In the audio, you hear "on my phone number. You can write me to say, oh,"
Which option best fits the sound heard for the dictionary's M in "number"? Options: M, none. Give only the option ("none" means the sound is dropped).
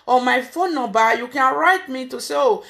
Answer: none